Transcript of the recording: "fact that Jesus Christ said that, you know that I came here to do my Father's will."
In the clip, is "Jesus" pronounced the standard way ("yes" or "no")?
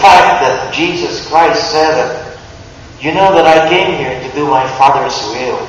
yes